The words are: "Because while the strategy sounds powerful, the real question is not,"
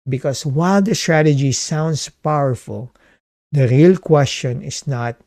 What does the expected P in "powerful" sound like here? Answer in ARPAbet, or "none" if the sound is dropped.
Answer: P